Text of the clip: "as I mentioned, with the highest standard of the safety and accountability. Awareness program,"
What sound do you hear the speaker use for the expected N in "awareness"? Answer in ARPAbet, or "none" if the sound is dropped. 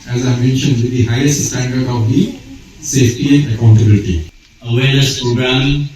L